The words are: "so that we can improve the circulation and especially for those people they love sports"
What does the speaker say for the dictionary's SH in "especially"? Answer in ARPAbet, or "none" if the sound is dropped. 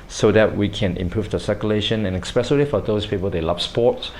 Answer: S